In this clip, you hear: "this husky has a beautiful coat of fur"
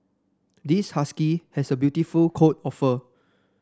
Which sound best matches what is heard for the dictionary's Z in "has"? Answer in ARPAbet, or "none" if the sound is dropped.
S